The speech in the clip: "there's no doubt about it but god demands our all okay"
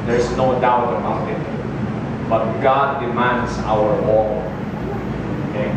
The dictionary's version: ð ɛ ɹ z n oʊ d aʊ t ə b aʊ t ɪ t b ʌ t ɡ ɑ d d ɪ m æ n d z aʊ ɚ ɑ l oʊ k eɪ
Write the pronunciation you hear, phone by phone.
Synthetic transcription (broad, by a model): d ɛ ɹ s n oʊ d aʊ t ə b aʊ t ɪ t b ʌ t ɡ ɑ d d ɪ m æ n d s aʊ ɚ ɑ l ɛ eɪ